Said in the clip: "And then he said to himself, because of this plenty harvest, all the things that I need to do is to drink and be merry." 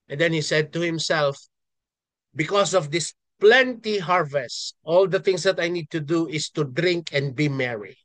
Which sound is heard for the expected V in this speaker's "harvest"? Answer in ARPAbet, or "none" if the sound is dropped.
V